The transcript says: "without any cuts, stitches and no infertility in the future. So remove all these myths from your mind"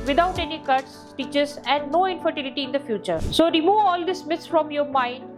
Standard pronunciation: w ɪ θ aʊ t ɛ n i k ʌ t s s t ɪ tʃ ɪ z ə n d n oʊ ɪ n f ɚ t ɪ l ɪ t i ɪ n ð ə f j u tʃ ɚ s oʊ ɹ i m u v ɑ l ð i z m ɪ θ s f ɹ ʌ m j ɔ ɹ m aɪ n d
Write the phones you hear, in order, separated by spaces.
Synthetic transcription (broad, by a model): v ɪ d aʊ t ɛ n i k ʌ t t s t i tʃ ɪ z ə n d n oʊ ɪ n f ɚ t ɪ l ɪ t i ɪ n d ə f j u tʃ ɚ s oʊ ɹ i m u v ɑ l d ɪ s m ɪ t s f ɹ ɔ m j ɔ ɹ m aɪ n d